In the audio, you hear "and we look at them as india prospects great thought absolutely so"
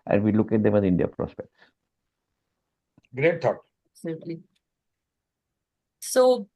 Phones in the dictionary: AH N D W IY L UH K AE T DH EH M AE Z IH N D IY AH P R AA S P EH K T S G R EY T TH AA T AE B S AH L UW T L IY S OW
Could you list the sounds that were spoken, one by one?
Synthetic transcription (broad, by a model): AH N D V IY L UH K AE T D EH M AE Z IH N D IY AH P R AA S P EH K T S G R EY T T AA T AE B S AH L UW T L IY S OW